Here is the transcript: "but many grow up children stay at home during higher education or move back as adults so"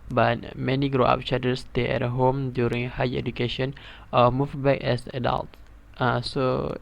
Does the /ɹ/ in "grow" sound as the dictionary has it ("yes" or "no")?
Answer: yes